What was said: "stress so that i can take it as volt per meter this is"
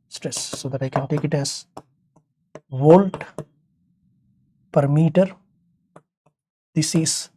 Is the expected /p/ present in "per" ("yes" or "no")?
yes